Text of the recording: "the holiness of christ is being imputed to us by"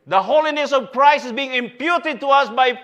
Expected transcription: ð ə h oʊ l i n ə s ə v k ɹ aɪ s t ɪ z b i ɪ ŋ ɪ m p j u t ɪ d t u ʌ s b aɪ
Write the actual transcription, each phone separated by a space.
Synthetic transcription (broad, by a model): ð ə h oʊ l i n ə s ə v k ɹ aɪ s ɪ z b i ɪ ŋ ɪ m p j u t ɪ d t u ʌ s b aɪ